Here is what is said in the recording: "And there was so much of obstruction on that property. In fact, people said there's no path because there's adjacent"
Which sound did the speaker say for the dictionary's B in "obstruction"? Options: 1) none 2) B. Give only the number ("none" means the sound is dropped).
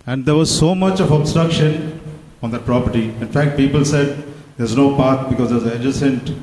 2